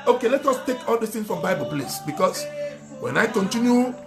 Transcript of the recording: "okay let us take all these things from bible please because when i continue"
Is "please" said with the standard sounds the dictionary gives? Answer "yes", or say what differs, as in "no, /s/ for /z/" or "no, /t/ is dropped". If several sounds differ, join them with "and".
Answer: no, /s/ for /z/